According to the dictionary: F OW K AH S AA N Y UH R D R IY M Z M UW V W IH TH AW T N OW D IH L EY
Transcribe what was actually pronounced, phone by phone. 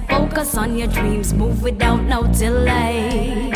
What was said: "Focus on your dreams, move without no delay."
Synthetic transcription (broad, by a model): F OW K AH S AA N Y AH R D R IY M Z M UW V W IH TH AW T N OW D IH L EY